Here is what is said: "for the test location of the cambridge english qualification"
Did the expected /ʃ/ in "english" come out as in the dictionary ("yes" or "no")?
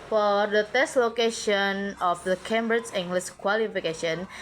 no